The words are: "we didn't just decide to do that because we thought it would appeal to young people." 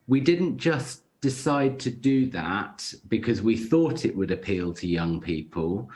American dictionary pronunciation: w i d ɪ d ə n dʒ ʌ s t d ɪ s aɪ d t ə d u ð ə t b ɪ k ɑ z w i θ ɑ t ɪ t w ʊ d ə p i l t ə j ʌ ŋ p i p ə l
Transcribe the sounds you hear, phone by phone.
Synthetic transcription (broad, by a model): w i d ɪ d n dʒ ʌ s d ɪ s aɪ d t ə d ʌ ð ə t b ɪ k ɑ z w i θ ɑ t ɪ t w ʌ d ə p i l t ə j ʌ ŋ p i p ə l